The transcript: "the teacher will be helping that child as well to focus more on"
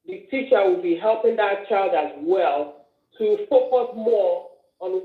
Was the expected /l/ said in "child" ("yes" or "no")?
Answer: yes